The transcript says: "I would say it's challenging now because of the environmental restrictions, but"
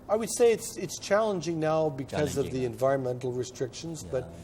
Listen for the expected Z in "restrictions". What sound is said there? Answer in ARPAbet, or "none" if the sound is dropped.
Z